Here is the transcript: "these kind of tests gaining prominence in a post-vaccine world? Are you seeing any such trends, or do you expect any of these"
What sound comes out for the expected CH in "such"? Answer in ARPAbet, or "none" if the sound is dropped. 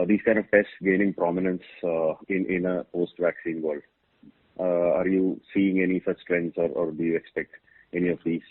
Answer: S